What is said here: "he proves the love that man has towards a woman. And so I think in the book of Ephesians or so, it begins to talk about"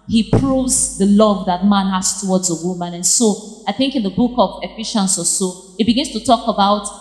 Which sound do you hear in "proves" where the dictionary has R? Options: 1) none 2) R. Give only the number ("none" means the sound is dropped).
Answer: 2